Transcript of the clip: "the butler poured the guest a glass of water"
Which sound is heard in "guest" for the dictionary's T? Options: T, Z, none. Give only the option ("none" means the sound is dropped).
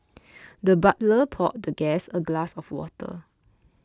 none